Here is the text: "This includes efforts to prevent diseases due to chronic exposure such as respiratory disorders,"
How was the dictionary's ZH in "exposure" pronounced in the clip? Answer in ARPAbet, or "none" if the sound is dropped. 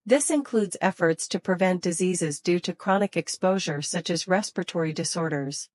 ZH